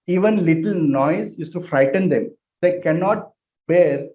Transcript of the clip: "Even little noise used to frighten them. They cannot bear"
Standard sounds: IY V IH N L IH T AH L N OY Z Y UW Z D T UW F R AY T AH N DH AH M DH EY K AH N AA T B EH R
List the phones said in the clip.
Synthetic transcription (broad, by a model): IY V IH N L IH T AH L N OY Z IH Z T UW F R AY T AH N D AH M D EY K AH N AA T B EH R